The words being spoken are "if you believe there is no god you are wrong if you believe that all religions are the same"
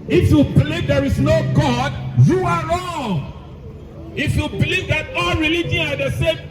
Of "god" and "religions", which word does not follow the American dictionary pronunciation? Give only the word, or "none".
religions